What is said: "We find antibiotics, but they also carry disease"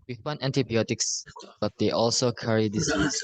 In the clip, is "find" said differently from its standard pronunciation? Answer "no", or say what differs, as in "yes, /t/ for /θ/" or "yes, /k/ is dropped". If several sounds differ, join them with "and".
yes, /d/ is dropped